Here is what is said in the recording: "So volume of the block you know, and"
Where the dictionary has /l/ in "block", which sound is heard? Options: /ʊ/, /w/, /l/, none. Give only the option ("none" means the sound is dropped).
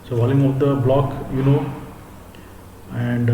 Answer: /l/